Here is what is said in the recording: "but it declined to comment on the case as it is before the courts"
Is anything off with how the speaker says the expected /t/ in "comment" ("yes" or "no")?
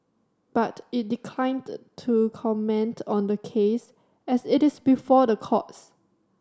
no